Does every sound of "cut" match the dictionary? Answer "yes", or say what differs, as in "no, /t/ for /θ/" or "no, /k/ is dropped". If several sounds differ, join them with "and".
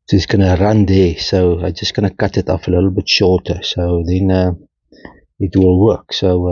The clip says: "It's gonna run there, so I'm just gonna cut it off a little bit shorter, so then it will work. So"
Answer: yes